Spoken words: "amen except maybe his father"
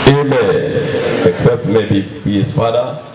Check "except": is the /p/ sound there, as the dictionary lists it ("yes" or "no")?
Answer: yes